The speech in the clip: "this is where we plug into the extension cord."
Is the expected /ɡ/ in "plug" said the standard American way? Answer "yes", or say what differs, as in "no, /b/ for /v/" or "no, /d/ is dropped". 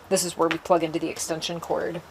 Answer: yes